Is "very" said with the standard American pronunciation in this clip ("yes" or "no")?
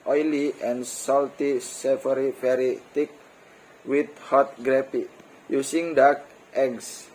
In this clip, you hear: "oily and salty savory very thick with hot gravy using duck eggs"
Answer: no